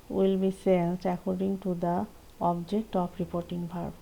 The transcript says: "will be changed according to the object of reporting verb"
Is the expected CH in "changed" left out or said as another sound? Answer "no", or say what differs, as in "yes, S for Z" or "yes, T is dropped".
yes, S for CH